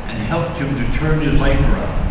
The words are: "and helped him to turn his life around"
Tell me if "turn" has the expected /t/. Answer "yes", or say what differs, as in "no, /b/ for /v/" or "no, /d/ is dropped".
yes